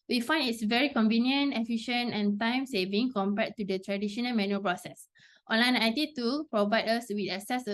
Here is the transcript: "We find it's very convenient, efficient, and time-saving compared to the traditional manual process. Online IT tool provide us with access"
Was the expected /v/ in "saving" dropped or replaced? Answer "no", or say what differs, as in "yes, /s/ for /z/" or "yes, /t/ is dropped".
no